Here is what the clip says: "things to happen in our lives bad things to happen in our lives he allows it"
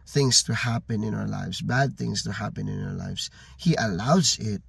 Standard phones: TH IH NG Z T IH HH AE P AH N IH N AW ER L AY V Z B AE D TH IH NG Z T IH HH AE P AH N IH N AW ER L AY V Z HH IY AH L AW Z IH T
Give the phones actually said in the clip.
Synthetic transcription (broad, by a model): TH IH NG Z T IH HH AE P AH N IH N AW ER L AY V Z B AE D TH IH NG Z T IH HH AE P AH N IH N AW ER L AY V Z HH IY AH L AW Z IH T